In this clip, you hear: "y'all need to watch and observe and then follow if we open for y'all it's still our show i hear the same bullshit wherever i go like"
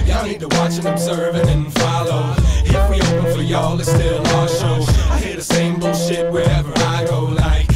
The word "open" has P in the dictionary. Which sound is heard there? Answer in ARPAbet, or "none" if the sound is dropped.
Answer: none